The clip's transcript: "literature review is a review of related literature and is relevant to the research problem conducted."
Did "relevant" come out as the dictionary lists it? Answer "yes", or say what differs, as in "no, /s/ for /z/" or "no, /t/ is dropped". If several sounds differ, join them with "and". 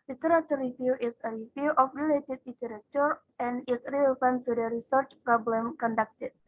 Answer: no, /l/ is dropped